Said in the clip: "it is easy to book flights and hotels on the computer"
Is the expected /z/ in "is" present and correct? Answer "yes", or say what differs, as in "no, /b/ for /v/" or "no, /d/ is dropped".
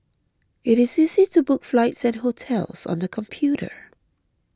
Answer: yes